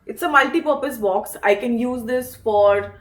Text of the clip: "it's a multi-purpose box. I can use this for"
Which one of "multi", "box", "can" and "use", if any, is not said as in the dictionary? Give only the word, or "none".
none